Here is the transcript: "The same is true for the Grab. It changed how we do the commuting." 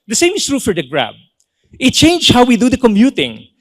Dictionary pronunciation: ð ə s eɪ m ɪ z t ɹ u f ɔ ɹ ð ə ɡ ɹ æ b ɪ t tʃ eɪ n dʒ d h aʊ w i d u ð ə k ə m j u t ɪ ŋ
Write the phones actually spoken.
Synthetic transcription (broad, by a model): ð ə s eɪ m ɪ s t ɹ u f ɔ ɹ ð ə ɡ ɹ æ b ɪ t tʃ eɪ n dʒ h aʊ w i d u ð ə k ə m j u t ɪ ŋ